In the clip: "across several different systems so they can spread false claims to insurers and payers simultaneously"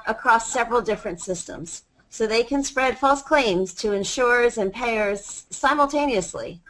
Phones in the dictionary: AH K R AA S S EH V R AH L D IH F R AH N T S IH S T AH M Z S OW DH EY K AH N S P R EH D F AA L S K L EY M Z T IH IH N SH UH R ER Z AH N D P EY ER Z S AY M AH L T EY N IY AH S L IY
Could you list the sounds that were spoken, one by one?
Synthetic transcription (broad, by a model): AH K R AA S S EH V R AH L D IH F R AH N T S IH S T AH M Z S OW DH EY K AH N S P R EH D F AA L S K L EY M Z T IH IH N SH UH R Z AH N P EY ER Z S AY M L T EY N IY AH S L IY